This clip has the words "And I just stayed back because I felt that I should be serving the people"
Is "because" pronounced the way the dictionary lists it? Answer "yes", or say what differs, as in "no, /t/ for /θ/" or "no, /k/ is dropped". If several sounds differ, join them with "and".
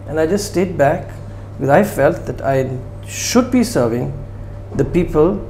no, /k/ is dropped and /z/ is dropped